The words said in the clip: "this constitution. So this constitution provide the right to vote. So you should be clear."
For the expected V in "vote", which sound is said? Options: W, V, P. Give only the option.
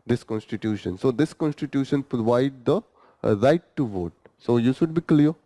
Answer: V